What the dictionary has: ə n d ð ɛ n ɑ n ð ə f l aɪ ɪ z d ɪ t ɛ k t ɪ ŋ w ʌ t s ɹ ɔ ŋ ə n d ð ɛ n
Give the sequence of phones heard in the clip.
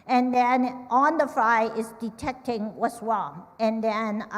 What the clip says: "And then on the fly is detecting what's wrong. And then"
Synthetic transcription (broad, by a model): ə n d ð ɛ n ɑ n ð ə f l aɪ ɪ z d ɪ t ɛ k t ɪ ŋ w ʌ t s w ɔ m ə n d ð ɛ n